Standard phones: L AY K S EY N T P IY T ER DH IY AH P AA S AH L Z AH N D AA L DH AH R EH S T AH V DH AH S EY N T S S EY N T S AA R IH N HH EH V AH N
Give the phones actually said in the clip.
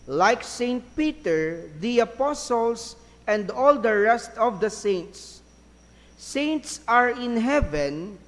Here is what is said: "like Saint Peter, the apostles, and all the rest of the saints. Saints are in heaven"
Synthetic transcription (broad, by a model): L AY K S EY N T P IY T ER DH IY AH P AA S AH L S AH N D AA L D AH R EH S T AH V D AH S EY N T S S EY N T S AA R IH N HH EH V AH N